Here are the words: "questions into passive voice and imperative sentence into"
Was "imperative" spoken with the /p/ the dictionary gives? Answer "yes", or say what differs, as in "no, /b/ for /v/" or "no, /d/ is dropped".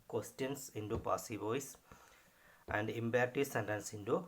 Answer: no, /b/ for /p/